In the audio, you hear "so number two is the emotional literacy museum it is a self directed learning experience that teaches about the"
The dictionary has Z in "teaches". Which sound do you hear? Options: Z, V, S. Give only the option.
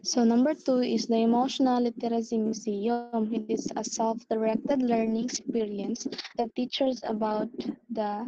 S